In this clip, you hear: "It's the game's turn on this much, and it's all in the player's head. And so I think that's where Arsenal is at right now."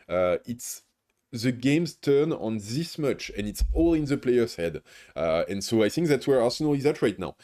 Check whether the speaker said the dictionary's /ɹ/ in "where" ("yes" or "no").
yes